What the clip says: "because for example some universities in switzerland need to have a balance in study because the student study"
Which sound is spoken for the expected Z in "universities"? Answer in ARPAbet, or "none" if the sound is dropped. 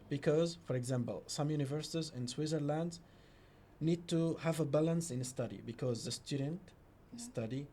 Z